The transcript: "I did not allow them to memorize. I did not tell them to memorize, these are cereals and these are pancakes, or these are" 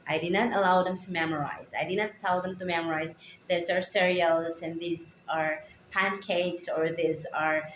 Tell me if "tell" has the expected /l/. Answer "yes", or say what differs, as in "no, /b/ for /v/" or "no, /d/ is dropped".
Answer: no, /w/ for /l/